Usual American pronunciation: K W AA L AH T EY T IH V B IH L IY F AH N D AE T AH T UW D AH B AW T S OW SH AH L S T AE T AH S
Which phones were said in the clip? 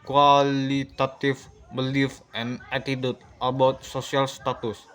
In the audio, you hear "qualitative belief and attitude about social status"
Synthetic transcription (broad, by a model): K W AA L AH T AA T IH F B IH L IY F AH N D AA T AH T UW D AH B AW T S OW S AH L S T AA T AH S